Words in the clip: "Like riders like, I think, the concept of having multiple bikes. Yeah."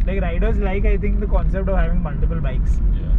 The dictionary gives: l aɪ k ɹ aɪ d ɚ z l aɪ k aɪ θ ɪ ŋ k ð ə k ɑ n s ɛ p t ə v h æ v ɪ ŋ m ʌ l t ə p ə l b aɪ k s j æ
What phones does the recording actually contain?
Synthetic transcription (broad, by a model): l aɪ k ɹ aɪ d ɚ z l aɪ k aɪ t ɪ ŋ k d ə k ɑ n s ɛ p t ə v h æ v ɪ ŋ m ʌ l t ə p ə l b aɪ k s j